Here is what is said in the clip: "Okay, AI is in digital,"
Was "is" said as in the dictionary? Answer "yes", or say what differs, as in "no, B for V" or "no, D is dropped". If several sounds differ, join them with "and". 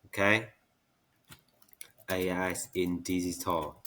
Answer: no, S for Z